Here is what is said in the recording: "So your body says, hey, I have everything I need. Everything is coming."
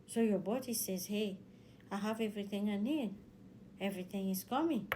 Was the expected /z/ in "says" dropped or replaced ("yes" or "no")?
no